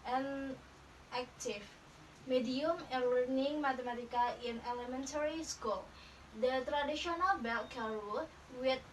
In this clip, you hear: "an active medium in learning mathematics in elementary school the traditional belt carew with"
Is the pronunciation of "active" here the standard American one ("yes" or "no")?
no